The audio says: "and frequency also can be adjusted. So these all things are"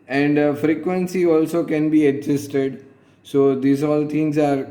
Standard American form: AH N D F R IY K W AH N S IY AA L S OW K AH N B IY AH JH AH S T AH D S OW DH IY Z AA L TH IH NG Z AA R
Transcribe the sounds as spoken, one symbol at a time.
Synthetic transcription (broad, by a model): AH N D F R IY K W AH N S IY AA L S OW K AH N B IY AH Z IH S T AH D S OW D IY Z AA L T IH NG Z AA R